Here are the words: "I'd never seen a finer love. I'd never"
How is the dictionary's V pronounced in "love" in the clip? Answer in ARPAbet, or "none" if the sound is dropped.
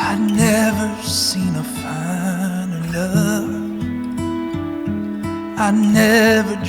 F